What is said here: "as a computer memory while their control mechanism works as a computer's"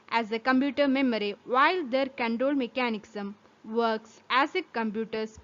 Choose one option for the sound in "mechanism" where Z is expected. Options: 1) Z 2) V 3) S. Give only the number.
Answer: 3